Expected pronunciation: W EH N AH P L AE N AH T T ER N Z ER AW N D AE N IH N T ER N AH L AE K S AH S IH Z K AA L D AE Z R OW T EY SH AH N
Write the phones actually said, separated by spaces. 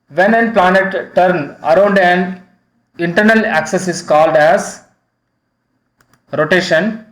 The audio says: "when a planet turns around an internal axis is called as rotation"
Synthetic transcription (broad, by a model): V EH N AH P L AE N AH T T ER N ER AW N D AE N IH N T ER N AH L AE K S AH S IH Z K AA L D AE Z R OW T EY SH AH N